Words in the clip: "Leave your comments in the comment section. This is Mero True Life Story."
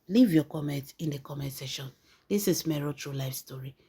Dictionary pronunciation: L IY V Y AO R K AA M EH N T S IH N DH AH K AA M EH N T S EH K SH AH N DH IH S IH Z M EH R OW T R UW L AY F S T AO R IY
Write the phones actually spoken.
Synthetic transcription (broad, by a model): L IY V Y AO K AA M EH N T IH N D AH K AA M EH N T S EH SH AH N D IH S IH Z M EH R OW T R UW L AY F S T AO R IY